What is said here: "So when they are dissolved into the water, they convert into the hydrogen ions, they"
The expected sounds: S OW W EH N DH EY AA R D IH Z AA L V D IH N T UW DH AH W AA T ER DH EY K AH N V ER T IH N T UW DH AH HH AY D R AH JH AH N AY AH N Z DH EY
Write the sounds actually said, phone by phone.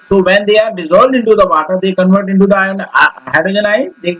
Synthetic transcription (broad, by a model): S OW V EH N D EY AA R D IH Z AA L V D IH N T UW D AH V AA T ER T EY K AH N V ER T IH N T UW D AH HH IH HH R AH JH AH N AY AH Z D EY